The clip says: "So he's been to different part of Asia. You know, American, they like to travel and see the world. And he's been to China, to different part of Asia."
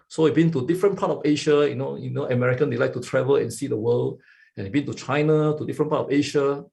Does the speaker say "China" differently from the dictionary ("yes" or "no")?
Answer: no